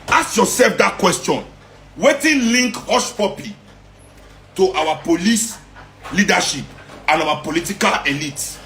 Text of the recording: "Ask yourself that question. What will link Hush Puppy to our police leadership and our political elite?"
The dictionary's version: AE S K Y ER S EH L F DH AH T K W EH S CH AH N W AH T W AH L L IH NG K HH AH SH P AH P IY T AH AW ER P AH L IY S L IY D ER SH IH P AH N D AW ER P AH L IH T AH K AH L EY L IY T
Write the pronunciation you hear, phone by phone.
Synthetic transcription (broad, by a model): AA S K Y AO S EH L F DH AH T K W EH S CH AH N W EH T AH N L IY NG K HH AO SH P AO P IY T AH AW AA P AH L IY S L IY D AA SH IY P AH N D AW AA P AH L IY T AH K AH L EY L IY T